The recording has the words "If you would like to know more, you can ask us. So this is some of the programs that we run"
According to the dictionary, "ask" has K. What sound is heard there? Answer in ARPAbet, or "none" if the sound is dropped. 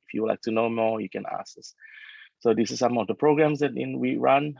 none